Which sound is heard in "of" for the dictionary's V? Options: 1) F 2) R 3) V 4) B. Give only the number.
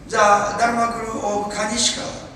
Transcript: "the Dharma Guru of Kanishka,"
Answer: 4